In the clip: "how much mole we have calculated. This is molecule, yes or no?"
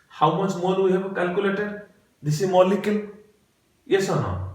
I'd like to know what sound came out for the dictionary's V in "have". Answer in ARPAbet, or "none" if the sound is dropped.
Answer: B